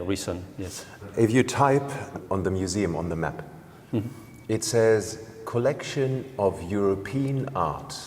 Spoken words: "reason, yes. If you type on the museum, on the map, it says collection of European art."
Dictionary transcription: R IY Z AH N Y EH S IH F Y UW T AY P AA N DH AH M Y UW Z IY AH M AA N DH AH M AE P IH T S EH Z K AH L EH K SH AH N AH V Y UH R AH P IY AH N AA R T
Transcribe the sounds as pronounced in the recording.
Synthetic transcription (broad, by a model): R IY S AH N Y EH S IH F Y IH T AY P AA N DH AH M Y UW Z IY AH M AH N DH AH M AE P IH T S EH Z K AH L EH K SH AH N AH V Y UH R AH P IY AH N AA R T